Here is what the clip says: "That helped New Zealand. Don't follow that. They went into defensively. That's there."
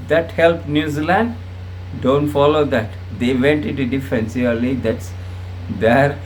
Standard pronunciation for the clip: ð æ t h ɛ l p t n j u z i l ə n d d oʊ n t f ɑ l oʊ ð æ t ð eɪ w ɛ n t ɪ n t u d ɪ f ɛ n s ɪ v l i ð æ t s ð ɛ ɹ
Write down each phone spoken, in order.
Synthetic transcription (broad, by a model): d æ t h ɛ l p n j u z i l ə n d d oʊ n t f ɑ l oʊ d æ t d eɪ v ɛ n t ɪ n t u d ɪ f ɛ n s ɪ l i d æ t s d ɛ ɹ